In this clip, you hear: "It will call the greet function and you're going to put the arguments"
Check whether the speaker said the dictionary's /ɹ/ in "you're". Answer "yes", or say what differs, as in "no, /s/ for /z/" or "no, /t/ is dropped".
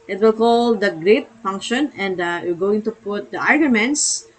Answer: no, /l/ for /ɹ/